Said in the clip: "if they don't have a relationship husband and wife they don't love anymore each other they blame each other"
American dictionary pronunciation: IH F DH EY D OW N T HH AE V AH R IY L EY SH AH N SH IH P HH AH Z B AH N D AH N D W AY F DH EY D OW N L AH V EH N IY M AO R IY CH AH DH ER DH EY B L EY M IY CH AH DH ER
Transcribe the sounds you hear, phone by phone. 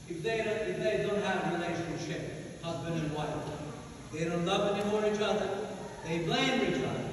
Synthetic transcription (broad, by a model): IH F DH EY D OW N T HH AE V AH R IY L EY SH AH N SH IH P HH AH Z B AH N D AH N W AY F DH EY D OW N L AH V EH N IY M AO R IY CH AH DH ER DH EY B L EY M IY CH AH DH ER